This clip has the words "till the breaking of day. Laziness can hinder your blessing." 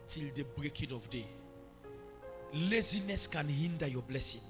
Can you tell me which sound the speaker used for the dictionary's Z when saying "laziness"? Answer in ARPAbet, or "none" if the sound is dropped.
Z